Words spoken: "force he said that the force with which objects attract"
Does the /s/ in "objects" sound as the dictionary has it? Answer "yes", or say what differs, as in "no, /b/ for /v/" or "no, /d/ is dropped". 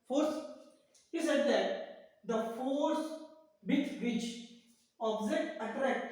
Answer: no, /s/ is dropped